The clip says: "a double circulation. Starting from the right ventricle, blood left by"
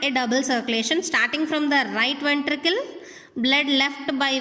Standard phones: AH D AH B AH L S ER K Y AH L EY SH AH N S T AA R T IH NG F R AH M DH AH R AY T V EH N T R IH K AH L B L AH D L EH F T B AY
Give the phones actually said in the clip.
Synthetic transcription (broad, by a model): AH D AH B AH L S ER K Y AH L EY SH AH N S T AA R T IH NG F R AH M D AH R AY T V EH N T R IH K AH L B L AH D L EH F T B AY